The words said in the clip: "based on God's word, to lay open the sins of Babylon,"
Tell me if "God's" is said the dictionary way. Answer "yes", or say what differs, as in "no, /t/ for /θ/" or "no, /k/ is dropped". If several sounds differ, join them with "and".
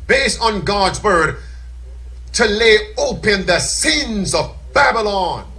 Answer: yes